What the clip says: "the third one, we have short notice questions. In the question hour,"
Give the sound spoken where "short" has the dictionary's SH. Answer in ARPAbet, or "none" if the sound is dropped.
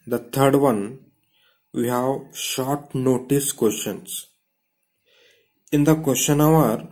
SH